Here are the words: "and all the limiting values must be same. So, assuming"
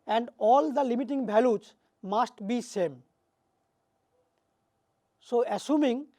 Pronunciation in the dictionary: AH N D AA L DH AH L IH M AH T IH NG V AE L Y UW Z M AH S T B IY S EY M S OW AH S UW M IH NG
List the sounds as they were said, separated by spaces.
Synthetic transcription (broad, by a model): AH N D AA L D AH L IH M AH T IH NG B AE L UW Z M AH S T B IY S EY M S OW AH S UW M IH NG